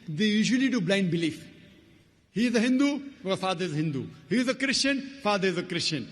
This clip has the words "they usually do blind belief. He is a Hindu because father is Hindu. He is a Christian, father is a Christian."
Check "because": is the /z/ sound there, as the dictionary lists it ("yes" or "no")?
no